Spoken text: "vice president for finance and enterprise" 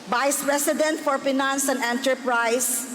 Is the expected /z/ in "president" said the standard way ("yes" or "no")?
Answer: no